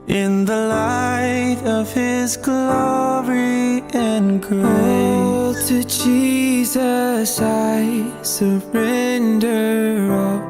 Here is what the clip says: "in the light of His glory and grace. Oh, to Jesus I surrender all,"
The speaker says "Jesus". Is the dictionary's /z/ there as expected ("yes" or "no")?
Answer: yes